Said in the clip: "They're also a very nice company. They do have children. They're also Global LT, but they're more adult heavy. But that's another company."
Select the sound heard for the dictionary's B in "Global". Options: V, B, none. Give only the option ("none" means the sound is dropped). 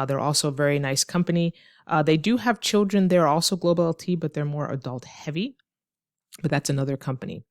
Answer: none